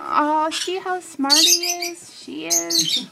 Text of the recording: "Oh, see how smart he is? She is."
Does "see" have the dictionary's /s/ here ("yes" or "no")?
no